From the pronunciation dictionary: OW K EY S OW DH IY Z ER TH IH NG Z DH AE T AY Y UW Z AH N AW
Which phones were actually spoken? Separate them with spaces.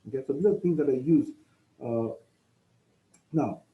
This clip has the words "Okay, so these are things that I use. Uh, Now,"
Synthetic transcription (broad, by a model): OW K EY S OW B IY ER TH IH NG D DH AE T AY Y UW Z AH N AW